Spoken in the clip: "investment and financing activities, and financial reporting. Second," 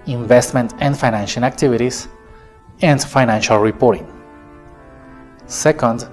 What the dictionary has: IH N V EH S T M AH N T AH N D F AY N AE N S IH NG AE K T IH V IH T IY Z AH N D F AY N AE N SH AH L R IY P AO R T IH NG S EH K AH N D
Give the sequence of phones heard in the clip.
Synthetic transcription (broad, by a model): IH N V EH S T M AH N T AH N D F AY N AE N SH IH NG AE K T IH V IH T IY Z AH N D F AY N AE N SH AH L R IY P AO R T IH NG S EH K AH N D